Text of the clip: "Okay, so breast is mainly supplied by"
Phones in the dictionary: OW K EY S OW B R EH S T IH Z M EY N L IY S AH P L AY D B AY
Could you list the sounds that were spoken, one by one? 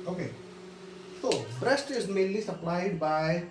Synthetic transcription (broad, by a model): OW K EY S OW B R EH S T IH Z M EY N L IY S AH P L AY D B AY